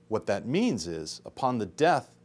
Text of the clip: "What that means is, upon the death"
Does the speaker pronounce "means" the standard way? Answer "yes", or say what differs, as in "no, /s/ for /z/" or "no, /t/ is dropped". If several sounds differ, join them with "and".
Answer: yes